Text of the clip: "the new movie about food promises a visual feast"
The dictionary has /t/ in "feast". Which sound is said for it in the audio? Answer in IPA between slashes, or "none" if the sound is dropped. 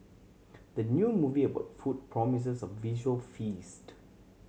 /t/